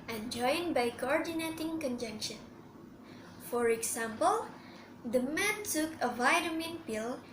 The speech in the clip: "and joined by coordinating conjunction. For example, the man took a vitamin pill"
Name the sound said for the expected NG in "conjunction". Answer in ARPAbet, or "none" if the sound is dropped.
NG